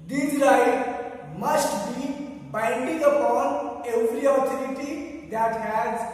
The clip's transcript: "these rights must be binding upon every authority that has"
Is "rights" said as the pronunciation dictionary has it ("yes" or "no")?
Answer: no